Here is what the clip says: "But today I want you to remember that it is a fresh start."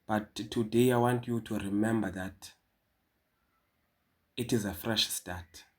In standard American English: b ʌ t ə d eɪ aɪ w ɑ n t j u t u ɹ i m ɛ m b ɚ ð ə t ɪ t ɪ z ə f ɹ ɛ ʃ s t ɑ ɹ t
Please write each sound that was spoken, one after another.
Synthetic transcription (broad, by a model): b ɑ t ə d eɪ aɪ w ɑ n t j u t u ɹ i m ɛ m b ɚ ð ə t ɪ t ɪ z ə f ɹ ɛ ʃ s t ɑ t